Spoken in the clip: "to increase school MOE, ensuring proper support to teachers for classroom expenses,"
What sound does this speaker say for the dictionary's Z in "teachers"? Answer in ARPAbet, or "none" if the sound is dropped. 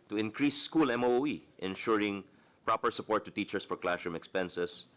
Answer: S